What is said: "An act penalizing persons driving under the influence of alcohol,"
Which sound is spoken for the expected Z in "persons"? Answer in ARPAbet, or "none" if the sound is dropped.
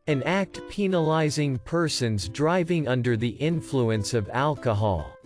Z